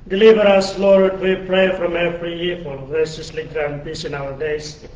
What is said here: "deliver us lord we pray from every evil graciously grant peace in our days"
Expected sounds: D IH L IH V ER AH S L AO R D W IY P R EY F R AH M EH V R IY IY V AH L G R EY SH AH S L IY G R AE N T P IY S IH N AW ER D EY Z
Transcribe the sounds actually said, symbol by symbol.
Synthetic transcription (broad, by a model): D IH L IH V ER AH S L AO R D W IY P R EY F R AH M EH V R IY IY F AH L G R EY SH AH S L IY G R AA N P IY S IH N AW ER D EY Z